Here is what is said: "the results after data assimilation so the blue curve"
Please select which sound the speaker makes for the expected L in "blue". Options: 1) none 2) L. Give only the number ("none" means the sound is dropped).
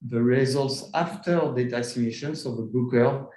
1